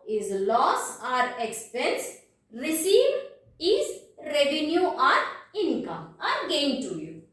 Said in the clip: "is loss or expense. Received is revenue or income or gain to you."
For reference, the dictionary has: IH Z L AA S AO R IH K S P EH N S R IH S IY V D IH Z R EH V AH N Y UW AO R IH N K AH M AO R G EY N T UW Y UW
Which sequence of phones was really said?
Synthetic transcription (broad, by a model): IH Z L AA S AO R IH K S P EH N S R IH S IY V IH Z R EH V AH N Y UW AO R IH N K AH M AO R G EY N T UW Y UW